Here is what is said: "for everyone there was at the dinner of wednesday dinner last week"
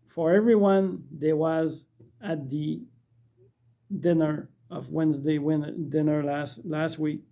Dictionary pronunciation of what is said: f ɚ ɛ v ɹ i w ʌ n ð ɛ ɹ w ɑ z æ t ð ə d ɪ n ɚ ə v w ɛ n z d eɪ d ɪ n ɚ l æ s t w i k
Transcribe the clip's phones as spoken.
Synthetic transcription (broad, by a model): f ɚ ɛ v ɹ i w ʌ n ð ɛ w ɑ z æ t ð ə d ɪ n ɚ ə v w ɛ n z d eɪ d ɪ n ɚ l æ s t w i k